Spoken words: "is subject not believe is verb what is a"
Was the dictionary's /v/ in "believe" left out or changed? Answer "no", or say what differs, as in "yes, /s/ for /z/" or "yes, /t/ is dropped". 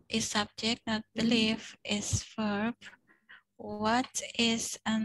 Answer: yes, /f/ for /v/